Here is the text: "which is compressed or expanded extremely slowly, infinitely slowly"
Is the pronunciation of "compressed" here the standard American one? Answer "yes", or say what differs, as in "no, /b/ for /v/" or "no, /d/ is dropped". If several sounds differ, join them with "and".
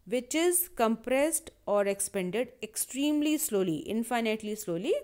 yes